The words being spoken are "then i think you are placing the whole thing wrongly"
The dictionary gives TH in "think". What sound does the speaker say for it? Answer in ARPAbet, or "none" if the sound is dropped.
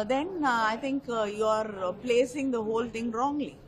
T